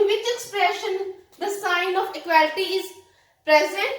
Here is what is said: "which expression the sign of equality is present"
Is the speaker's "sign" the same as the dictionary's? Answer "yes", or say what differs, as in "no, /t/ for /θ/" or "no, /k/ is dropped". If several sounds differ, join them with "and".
yes